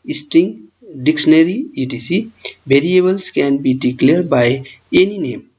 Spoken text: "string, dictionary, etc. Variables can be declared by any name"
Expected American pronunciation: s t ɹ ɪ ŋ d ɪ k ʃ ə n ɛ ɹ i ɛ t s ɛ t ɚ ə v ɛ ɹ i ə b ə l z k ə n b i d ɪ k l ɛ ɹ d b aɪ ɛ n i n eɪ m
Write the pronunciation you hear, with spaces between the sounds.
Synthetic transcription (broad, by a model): s t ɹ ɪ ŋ d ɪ k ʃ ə n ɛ ɹ i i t i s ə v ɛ ɹ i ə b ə l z k ə n b i d ɪ k l ɛ ɹ d b aɪ ɛ n i n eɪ m